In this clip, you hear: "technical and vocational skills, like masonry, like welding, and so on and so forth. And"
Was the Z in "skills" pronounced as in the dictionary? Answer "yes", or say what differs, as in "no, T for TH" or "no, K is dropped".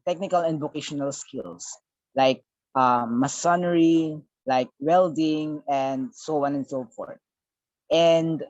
no, S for Z